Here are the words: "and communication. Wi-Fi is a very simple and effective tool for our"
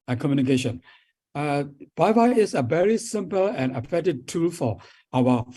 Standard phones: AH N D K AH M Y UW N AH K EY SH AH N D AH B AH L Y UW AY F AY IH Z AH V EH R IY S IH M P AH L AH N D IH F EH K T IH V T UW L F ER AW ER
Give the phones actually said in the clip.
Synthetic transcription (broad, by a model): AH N K AH M Y UW N AH K EY SH AH N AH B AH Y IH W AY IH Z AH V EH R IY S IH M P AH L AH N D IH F EH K T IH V T UW L F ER AW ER